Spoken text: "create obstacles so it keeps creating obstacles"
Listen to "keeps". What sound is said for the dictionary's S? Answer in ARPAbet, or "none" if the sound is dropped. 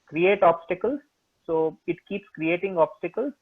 S